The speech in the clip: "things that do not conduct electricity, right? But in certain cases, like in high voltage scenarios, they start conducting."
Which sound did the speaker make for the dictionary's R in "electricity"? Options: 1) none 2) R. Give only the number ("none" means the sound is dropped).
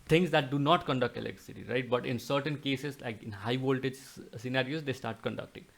1